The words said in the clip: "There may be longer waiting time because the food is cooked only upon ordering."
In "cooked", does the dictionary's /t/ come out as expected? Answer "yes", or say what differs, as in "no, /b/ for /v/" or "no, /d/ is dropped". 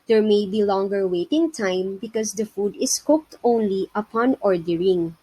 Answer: yes